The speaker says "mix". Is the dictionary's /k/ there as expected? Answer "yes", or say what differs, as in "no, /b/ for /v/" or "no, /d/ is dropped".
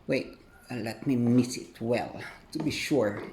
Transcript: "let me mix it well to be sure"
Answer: no, /k/ is dropped